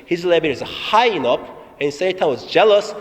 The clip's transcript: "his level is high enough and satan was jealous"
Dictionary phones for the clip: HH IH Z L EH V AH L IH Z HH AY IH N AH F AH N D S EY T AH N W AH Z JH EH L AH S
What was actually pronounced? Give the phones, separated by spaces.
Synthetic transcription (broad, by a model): HH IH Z L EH B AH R IH Z HH AY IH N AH P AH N S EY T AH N W AH Z JH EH L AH S